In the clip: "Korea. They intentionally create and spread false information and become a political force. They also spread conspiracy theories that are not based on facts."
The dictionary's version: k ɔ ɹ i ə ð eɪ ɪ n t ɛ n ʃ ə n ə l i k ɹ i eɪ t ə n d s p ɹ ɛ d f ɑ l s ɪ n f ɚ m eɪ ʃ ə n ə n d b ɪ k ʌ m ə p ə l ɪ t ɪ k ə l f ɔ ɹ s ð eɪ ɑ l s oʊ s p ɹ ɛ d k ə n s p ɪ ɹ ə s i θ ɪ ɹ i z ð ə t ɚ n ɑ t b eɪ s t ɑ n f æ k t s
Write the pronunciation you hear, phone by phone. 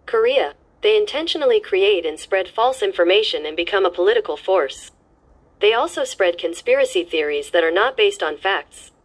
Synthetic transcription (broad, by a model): k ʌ ɹ i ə ð eɪ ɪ n t ɛ n ʃ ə n l i k ɹ i eɪ t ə n s p ɹ ɛ d f ɑ l s ɪ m f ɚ m eɪ ʃ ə n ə n b ɪ k ʌ m ə p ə l ɪ t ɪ k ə l f ɔ ɹ s ð eɪ ɑ l s oʊ s p ɹ ɛ d k ə n s p ɪ ɹ ə s i θ ɪ ɹ i z ð ə t ɚ n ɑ t b eɪ s t n f æ k t s